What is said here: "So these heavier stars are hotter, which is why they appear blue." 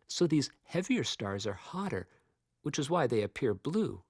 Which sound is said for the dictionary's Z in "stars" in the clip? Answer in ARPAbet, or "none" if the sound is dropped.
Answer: Z